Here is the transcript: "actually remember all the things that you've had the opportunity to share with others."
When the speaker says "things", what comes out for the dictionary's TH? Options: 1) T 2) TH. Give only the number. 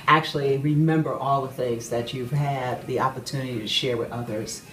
2